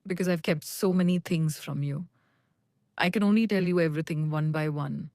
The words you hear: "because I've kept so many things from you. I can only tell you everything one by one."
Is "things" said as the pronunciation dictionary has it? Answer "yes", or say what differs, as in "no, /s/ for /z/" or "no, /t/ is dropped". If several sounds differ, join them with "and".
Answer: no, /t/ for /θ/